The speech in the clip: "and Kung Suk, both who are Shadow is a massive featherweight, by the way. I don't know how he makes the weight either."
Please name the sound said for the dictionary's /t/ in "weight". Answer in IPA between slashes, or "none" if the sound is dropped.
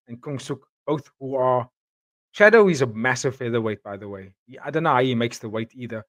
/t/